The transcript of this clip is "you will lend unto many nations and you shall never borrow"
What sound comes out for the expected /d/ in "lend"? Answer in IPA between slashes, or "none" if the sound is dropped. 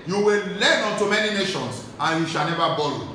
none